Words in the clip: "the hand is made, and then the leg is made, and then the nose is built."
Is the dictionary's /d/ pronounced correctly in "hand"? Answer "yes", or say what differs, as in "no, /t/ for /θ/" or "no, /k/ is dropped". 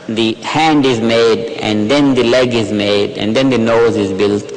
yes